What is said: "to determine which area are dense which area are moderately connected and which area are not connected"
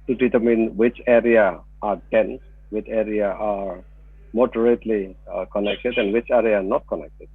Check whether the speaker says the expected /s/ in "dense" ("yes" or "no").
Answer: no